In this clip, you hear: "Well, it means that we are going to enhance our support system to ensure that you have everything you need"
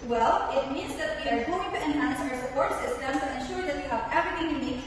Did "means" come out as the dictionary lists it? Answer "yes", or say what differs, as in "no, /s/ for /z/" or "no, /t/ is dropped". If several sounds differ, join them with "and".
yes